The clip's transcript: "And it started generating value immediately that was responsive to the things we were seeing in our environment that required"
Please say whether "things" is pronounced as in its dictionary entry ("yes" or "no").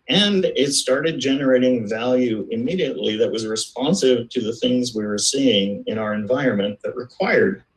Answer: yes